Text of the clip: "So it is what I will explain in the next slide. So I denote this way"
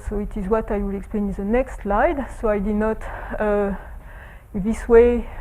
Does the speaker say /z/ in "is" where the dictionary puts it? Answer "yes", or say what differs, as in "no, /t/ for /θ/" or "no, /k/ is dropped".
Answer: yes